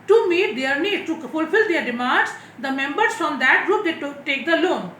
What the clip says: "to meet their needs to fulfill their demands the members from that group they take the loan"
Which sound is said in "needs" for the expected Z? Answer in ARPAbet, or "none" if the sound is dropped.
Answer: none